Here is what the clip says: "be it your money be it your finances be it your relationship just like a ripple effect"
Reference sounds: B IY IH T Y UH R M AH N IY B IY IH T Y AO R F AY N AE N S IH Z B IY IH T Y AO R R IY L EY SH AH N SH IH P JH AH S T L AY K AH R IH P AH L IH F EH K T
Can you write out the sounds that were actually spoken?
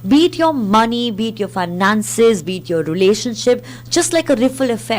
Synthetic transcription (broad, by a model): B IY T Y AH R M AH N IY B IY T Y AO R F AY N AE N S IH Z B IY T Y AO R R IY L EY SH AH N SH IH P JH AH S T L AY K AH R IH F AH L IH F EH